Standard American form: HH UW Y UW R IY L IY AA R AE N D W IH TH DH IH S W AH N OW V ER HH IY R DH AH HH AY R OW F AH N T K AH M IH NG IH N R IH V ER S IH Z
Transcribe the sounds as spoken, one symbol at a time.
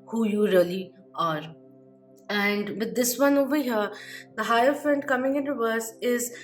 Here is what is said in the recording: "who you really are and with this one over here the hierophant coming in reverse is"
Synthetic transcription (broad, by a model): HH UW Y UW R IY L IY AA R AE N D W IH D IH S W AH N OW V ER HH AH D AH HH AY OW F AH N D K AH M IH NG IH N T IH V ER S IH Z